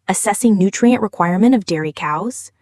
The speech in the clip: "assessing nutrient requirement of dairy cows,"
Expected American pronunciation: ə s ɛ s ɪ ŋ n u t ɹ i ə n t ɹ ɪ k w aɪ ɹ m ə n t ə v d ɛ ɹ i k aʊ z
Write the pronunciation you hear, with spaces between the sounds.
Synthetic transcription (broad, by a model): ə s ɛ s ɪ ŋ n u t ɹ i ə n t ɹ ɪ k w aɪ ɹ m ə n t ə v d ɛ ɹ i k aʊ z